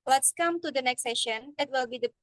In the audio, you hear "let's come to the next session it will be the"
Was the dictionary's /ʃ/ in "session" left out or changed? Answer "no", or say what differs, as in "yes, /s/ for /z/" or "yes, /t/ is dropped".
no